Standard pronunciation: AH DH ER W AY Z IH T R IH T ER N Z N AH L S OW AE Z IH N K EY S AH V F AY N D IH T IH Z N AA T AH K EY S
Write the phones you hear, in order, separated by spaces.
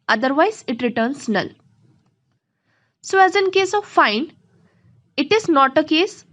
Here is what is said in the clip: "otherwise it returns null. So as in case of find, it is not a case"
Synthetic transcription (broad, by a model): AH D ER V AY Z IH T R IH T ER N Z N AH L S OW AE Z IH N K EY S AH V F AY N IH T IH Z N AA T AH K EY S